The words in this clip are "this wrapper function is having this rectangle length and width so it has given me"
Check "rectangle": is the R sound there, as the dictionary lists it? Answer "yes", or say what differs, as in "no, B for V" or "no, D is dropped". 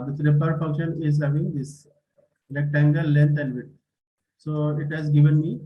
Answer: no, L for R